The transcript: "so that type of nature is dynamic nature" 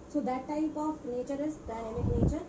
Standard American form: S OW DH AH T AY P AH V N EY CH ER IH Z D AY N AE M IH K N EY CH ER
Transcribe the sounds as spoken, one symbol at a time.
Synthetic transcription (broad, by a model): S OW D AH T AY P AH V N EY CH ER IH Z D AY EH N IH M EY CH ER